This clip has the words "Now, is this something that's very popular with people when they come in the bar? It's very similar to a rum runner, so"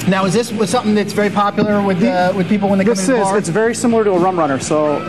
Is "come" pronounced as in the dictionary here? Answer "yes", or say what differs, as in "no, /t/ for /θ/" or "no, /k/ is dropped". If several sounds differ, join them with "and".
no, /m/ is dropped